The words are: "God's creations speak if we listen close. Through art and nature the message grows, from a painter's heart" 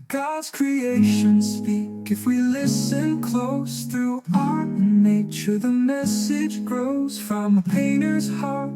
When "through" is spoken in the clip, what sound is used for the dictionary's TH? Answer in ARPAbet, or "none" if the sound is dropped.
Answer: TH